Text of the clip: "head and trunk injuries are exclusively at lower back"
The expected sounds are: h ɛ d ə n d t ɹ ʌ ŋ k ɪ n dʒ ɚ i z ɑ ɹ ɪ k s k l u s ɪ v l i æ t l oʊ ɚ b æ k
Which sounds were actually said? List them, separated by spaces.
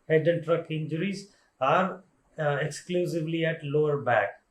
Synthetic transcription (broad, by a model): h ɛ d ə n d t ɹ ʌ k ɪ n dʒ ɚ i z ɑ ɹ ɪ k s k l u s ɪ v l i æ t l oʊ ɚ b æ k